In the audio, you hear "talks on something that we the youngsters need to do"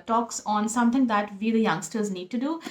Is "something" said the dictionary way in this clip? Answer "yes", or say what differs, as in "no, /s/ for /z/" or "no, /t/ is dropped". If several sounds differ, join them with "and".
no, /t/ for /θ/